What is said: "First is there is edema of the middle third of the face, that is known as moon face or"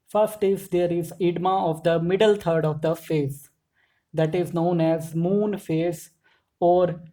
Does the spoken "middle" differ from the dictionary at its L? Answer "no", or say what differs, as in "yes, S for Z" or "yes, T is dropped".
no